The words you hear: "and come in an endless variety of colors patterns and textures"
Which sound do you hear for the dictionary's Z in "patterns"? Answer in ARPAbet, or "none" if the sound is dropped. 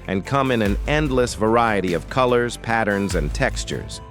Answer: Z